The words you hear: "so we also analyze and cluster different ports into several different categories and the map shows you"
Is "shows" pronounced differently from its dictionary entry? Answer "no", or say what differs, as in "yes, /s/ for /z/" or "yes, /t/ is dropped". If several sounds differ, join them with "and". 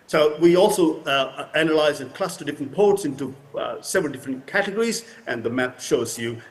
no